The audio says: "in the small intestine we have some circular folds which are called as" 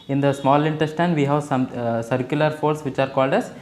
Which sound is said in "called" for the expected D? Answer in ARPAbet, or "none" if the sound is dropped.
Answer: D